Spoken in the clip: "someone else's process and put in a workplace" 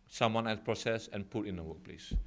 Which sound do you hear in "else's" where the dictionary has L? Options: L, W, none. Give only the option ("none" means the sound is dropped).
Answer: none